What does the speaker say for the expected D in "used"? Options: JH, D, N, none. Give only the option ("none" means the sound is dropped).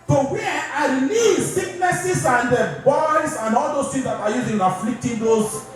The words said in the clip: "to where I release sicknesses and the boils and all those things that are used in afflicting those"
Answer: none